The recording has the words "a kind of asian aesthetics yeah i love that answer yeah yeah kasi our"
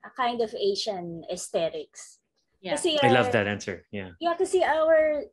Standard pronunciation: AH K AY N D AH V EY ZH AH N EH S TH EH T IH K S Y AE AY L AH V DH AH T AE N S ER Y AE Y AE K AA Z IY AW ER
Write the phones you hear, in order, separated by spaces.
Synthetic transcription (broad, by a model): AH K AY N D AH V EY SH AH N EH S T EH T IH K S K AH AY L AH V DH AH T AE N S ER Y AE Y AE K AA S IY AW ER